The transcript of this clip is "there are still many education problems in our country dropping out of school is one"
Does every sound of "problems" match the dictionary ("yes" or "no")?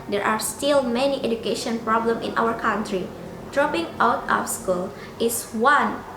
no